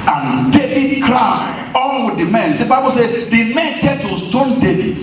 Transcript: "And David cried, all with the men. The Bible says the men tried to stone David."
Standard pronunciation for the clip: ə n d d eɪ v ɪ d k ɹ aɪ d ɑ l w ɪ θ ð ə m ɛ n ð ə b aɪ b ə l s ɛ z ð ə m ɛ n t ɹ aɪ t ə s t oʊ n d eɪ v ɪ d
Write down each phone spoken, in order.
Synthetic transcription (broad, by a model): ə n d d eɪ v ɪ d k ɹ aɪ ɑ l w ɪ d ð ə m ɛ n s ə b aɪ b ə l s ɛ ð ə m ɛ n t ɛ t ə s t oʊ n d eɪ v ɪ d